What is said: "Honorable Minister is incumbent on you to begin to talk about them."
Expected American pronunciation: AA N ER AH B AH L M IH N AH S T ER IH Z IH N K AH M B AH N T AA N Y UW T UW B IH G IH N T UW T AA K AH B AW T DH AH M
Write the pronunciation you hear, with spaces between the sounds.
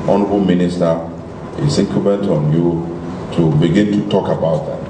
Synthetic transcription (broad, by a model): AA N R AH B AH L M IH N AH S T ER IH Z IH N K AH B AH N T AA N Y UW T UW B IH G IH N T UW T AA K AH B AW T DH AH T